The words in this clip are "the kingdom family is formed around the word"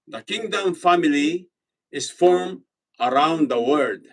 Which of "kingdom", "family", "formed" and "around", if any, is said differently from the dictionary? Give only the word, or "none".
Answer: formed